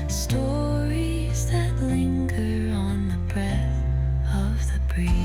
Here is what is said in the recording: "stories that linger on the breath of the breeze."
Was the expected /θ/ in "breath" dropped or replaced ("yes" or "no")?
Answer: no